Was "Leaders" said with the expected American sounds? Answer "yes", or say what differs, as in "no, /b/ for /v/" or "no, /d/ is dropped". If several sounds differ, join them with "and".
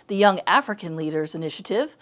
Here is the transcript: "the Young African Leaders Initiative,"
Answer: yes